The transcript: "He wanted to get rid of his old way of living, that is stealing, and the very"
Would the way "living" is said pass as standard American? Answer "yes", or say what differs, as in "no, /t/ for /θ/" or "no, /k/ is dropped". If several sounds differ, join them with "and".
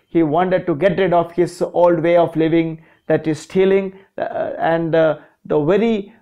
yes